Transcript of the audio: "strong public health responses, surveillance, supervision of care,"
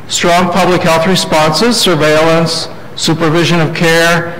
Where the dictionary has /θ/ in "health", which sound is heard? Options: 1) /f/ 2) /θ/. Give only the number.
2